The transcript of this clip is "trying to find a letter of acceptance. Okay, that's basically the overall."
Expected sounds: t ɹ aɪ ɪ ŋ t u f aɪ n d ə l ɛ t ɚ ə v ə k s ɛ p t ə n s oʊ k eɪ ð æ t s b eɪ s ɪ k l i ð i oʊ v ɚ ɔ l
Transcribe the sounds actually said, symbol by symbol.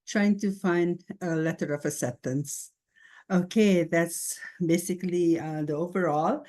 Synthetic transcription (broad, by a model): t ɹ aɪ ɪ ŋ t u f aɪ n d ə l ɛ t ɚ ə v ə s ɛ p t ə n s oʊ k eɪ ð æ t s b eɪ s ɪ k l i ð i oʊ v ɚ ɔ l